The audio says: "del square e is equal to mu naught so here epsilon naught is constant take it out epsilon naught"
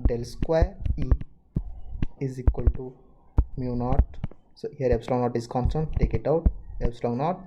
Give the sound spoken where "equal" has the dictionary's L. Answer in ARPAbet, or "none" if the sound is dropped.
L